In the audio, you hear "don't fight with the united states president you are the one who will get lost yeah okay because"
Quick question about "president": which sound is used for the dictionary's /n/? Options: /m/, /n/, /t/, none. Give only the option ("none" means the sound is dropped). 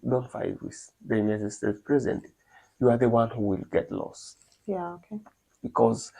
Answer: none